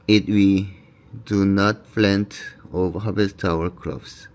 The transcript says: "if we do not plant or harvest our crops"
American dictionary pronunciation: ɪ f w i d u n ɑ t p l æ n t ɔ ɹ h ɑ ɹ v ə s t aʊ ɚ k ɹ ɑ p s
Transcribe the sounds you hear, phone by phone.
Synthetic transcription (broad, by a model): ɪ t w i d u n ɑ t f l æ n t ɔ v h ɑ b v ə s t aʊ ɚ k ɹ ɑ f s